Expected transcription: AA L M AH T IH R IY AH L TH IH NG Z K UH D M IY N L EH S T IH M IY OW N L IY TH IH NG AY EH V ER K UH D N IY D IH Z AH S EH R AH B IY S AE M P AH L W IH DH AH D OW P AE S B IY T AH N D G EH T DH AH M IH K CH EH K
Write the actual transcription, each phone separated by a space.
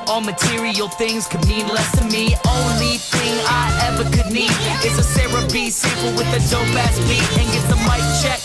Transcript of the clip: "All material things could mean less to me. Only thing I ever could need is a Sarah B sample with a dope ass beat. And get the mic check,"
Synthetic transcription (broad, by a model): AA L M AH T IH R IY AH L TH IH NG Z K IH D M IY N L EH S T IH M IY OW N L IY TH IH NG AY EH V ER K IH D N IY D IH S AH S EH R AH B IY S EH P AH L W IH DH AH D OW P AE S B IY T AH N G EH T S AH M IH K CH EH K